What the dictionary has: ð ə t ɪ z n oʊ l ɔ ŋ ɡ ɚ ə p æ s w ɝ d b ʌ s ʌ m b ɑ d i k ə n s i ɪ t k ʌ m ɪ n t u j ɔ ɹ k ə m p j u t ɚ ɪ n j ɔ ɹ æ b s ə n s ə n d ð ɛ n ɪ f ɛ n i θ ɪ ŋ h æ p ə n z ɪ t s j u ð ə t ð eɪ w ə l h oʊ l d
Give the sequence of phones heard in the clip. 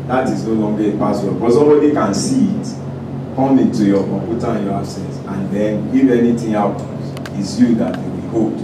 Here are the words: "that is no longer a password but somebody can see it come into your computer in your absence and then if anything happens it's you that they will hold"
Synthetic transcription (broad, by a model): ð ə t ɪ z n oʊ l ɔ ŋ ɡ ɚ ə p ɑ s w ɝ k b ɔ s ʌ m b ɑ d i k ə n s i ɪ t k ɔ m ɪ n t u j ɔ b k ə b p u t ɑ ɪ n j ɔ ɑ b s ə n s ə n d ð ɛ n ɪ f ɛ n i t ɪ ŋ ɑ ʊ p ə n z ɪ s j u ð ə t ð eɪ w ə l h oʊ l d